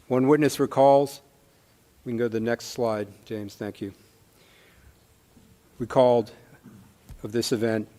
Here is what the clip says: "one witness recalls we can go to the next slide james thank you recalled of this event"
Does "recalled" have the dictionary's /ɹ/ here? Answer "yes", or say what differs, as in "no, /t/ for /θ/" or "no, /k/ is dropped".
no, /w/ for /ɹ/